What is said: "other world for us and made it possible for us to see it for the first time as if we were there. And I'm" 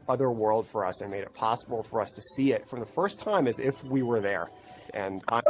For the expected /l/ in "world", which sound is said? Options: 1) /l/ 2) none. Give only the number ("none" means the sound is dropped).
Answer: 1